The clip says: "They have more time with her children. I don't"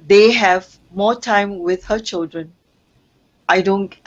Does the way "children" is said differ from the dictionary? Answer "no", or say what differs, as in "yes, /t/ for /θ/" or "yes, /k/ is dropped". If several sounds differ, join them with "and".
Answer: no